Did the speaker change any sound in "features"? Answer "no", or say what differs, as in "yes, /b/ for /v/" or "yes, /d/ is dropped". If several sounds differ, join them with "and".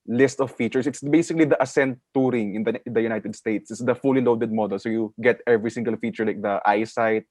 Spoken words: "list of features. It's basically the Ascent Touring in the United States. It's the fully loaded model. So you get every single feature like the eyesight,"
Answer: yes, /s/ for /z/